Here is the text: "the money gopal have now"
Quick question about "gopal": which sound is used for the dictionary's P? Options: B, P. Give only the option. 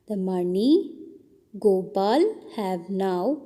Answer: B